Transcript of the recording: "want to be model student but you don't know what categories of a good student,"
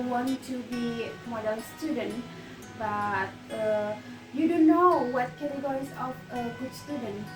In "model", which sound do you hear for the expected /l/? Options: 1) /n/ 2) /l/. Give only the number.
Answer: 1